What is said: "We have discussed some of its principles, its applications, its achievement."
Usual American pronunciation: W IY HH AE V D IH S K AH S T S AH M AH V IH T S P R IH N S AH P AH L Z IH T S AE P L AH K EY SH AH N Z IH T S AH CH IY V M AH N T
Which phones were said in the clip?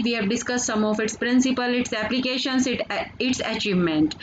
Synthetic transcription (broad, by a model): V IY HH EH V D IH S K AH S T S AH M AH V IH T S P R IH N S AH P AH L IH T S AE P L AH K EY SH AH N S IH T S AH CH IY V M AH N T